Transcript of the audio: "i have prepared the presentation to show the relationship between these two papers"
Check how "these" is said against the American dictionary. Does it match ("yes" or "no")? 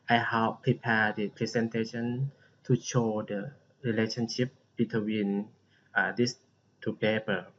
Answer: no